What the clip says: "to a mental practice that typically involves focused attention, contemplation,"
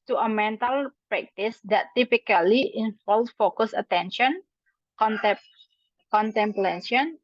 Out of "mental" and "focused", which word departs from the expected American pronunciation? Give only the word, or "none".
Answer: focused